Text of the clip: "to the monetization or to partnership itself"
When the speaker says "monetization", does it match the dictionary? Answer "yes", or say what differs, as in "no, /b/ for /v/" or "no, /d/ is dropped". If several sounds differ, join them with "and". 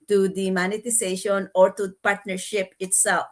no, /s/ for /z/